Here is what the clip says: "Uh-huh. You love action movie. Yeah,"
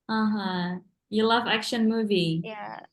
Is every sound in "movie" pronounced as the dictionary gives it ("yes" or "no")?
yes